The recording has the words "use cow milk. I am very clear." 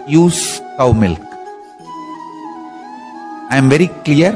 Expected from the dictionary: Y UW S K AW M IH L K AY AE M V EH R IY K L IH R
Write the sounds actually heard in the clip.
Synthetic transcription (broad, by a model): Y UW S K AW M IH L K AY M V EH R IY K L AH R